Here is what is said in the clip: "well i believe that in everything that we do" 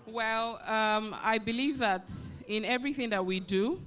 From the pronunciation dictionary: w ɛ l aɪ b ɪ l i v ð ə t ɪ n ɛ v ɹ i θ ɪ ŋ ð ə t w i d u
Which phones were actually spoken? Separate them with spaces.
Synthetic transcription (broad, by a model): w ɛ l aɪ b ɪ l i v ð ə t ɪ n ɛ v ɹ i θ ɪ ŋ ð ə t w i d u